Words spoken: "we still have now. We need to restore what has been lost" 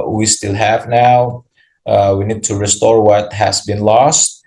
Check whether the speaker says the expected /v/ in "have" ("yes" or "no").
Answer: yes